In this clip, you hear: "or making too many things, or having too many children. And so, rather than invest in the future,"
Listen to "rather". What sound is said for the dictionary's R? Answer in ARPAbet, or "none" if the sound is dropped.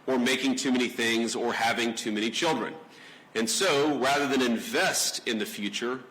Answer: R